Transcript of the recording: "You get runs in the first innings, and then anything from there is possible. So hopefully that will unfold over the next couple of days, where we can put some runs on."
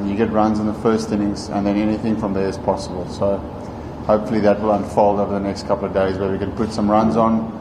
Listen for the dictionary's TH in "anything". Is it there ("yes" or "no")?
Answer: yes